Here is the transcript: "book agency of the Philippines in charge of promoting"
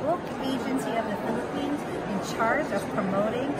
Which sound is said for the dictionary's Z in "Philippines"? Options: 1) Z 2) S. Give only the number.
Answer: 1